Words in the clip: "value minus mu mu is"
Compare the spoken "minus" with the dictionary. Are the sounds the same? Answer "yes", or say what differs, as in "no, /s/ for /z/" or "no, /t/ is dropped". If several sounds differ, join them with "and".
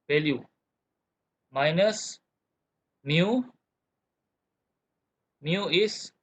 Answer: yes